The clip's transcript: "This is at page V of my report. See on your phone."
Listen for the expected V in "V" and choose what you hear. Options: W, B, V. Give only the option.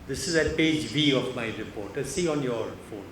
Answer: B